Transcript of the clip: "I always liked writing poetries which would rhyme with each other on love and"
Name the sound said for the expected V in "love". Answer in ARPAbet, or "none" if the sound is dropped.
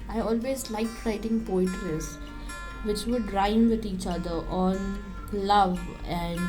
V